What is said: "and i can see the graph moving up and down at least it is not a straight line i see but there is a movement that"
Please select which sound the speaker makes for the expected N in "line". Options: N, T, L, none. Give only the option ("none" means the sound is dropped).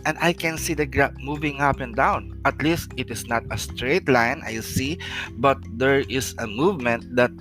N